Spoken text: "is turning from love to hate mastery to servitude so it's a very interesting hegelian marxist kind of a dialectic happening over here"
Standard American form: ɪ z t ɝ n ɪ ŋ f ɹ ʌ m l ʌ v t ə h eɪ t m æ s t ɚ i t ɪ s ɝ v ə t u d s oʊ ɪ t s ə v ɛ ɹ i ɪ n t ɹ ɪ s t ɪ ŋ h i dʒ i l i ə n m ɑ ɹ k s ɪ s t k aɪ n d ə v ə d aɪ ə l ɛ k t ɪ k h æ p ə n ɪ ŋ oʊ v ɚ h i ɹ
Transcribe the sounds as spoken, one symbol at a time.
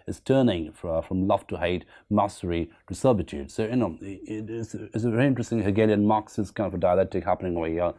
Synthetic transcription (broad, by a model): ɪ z t ɝ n ɪ ŋ f ɹ ʌ m l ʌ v t ə h eɪ t m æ s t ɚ i t ɪ s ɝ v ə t u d s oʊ ɪ t s ə v ɛ ɹ i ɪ n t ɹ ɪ s t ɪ ŋ h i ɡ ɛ l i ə n m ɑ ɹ k s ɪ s k aɪ n d ə v ə d aɪ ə l ɛ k t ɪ k h æ p ə n ɪ ŋ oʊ ɚ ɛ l